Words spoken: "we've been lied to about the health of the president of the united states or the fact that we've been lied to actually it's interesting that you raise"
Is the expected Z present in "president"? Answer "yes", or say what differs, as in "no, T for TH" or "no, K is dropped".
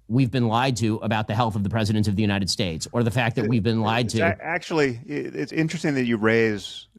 yes